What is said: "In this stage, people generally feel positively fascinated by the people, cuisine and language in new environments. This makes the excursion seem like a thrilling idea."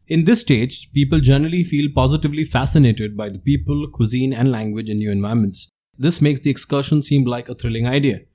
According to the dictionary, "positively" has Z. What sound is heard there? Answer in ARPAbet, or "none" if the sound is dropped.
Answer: Z